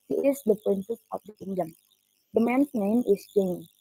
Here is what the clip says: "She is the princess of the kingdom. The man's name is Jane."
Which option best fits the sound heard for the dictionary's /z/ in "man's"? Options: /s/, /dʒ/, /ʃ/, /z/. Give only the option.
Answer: /s/